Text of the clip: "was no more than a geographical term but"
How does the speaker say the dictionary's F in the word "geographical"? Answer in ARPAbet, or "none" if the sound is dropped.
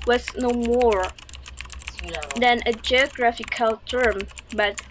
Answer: F